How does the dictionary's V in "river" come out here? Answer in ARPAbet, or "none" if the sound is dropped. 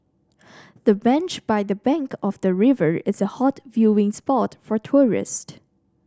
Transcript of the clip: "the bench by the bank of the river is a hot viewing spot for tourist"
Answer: V